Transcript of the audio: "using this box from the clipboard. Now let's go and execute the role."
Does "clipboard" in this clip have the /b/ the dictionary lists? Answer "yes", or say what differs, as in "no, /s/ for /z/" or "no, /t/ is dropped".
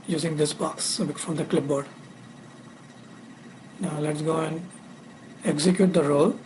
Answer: yes